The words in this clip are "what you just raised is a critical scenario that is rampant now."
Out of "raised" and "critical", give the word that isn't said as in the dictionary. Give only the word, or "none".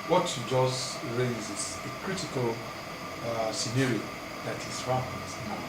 raised